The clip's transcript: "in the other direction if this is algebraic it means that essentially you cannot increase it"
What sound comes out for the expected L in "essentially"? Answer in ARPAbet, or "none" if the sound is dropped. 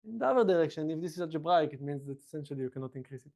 L